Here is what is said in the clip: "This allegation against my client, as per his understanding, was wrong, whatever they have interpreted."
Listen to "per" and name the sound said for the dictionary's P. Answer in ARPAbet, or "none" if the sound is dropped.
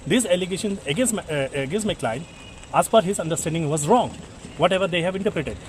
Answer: F